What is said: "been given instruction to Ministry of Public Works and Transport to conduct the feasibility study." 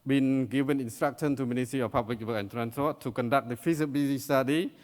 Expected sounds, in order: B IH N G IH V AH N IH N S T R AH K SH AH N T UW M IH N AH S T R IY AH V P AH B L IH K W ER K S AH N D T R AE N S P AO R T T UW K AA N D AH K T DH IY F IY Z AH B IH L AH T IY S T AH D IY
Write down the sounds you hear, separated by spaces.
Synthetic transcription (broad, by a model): B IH N G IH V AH N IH N S T R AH K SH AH N T UW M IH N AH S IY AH P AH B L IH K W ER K AH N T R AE N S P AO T T UW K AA N D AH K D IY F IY S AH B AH S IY S T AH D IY